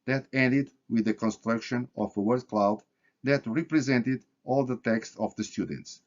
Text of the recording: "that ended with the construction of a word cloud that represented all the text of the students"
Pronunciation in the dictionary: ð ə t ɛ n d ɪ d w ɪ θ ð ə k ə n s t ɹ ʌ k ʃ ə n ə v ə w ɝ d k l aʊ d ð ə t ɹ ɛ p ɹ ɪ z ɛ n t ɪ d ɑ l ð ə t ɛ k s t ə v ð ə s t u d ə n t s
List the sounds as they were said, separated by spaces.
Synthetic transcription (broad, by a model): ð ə t ɛ n d ɪ d w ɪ ð ə k ə n s t ɹ ʌ k ʃ ə n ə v ə w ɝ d k l aʊ d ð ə t ɹ ɛ p ɹ ɪ z ɛ n t ɪ d ɑ l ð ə t ɛ k s t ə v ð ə s t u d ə n t s